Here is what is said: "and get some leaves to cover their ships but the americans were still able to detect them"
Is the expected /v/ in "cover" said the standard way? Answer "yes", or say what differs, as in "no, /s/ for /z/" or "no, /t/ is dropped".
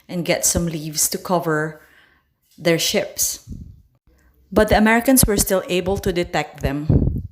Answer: yes